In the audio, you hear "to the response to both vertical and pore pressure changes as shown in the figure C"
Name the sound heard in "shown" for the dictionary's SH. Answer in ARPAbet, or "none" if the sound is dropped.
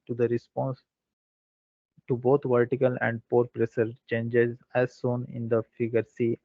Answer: S